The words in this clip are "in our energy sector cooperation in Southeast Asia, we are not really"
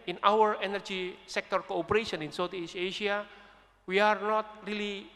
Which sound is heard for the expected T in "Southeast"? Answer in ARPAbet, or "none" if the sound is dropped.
none